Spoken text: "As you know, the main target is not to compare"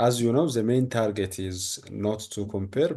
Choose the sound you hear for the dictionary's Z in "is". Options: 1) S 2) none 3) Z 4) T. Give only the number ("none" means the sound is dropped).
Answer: 3